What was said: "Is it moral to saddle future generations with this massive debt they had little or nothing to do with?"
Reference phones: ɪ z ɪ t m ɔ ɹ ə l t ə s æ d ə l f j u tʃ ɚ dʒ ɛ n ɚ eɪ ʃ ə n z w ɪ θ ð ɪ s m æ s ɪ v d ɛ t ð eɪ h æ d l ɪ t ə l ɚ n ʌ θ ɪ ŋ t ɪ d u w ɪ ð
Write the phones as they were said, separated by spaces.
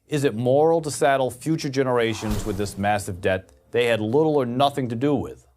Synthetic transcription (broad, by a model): ɪ z ɪ t m ɔ ɹ l t ə s æ d l f j u tʃ ɚ dʒ ɛ n ɚ eɪ ʃ ə n z w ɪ ð ɪ s m æ s ɪ v d ɛ t ð eɪ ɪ d l ɪ t l ɚ n ʌ θ ɪ ŋ t ɪ d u w ɪ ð